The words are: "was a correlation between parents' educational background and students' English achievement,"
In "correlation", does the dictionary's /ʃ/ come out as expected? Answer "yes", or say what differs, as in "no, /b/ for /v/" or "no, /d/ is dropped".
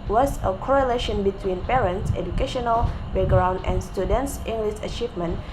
yes